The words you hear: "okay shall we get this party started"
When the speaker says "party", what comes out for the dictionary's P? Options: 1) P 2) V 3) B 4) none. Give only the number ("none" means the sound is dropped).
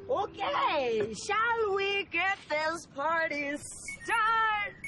1